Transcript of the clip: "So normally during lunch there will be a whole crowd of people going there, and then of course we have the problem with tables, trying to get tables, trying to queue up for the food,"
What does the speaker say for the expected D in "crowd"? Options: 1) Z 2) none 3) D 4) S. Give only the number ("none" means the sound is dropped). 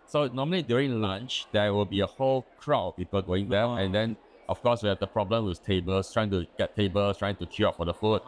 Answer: 2